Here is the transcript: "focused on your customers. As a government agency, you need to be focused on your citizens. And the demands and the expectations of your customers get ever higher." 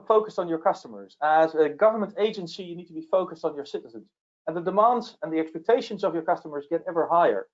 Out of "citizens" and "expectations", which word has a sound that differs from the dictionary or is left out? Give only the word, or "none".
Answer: none